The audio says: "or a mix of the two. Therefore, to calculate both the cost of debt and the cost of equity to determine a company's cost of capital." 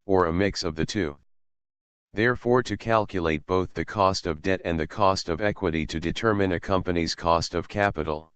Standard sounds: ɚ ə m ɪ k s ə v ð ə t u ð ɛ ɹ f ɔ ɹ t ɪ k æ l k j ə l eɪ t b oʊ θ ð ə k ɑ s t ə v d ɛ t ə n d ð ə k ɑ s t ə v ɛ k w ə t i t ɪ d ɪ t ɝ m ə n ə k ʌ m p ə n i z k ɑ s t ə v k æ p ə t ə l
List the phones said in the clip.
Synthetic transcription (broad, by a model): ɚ ə m ɪ k s ə v ð ə t u ð ɛ ɹ f ɔ ɹ t ɪ k æ l k j ə l eɪ t b oʊ θ ð ə k ɑ s t ə v d ɛ t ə n ð ə k ɑ s t ə v ɛ k w ə t i t ɪ d ɪ t ɝ m ə n ə k ʌ m p ə n i z k ɑ s t ə v k æ p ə t l